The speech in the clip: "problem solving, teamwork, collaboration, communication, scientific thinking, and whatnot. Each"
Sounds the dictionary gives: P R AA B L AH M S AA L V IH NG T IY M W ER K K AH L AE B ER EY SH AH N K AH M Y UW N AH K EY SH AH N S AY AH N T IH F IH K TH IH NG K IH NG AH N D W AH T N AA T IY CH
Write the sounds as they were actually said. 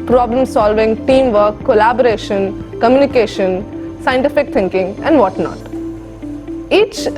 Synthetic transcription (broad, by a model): P R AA B L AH M S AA L V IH NG T IY M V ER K K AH L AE B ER EY SH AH N K AH M Y UW N AH K EY SH AH N S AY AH N T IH F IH K T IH NG K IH NG AH N D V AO T N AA T IY CH